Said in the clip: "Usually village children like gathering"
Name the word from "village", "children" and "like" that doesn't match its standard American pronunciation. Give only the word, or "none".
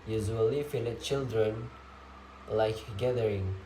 village